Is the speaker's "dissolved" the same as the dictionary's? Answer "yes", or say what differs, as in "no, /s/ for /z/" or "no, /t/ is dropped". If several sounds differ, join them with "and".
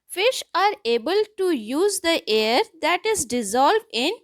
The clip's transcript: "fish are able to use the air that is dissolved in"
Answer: yes